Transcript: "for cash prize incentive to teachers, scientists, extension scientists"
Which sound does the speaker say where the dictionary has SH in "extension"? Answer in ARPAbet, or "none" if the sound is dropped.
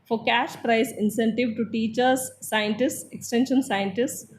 SH